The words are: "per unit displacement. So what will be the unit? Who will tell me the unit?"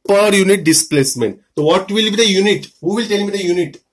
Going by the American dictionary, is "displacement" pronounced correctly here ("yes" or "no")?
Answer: yes